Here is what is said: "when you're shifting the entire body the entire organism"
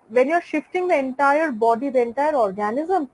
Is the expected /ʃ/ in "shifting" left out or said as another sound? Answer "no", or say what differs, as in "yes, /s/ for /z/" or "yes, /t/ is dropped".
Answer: no